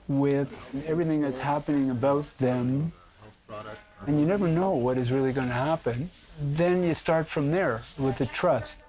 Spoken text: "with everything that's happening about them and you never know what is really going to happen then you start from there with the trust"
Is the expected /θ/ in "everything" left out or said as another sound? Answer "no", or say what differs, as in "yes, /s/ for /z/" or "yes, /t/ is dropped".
no